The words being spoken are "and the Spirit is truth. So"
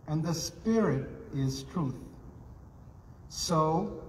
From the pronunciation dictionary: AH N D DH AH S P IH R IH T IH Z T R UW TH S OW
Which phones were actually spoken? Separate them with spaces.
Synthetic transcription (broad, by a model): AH N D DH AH S P IH R IH T IH Z T R UW TH S OW